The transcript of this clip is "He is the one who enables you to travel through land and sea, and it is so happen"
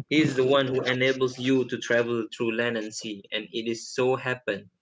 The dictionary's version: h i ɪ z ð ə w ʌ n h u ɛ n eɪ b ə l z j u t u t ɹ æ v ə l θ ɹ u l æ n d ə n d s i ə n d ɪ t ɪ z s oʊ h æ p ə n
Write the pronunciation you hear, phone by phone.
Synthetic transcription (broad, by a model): h i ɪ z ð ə w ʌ n h u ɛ n eɪ b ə l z j u t u t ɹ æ v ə l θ ɹ u l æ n ə n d s i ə n ɪ t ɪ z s oʊ h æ p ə n